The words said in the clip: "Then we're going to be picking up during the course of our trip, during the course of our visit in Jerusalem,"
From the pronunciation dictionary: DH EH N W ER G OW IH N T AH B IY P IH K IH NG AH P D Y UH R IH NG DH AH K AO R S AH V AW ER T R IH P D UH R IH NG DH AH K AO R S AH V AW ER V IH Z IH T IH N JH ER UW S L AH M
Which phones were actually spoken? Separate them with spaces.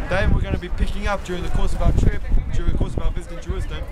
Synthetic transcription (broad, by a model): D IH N W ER G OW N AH B IY P IH K IH NG AH P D Y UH R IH NG DH AH K AO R S AH V AW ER T R IH P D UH R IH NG DH AH K AO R S AH V AW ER B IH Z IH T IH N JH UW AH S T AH